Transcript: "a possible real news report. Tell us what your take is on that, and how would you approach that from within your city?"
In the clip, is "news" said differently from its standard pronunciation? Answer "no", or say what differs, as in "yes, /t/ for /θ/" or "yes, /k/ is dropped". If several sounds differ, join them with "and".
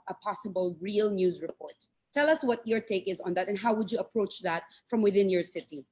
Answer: no